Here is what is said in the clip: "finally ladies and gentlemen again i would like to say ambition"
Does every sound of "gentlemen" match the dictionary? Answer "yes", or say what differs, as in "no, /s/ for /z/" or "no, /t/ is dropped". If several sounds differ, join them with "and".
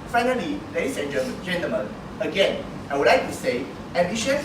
no, /l/ is dropped